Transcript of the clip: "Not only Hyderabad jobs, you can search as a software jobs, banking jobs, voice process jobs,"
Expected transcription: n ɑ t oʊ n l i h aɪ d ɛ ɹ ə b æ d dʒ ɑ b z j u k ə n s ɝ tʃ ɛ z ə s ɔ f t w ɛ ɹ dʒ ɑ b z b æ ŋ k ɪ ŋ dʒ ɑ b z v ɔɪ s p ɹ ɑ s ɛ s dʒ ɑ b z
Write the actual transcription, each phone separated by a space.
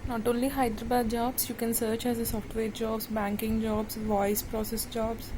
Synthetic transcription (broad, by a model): n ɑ t oʊ n l i h aɪ d ɹ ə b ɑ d dʒ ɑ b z j u k ə n s ɝ tʃ ɛ z ə s ɔ f t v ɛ ɹ dʒ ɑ b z b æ ŋ k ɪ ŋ dʒ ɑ b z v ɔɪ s p ɹ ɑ s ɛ s dʒ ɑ b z